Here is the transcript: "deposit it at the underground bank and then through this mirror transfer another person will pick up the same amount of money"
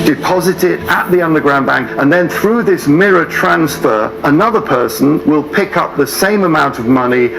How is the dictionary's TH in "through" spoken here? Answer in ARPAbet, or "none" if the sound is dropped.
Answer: TH